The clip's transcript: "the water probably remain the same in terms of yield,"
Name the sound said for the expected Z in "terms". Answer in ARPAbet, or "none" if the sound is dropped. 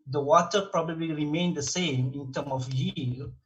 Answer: none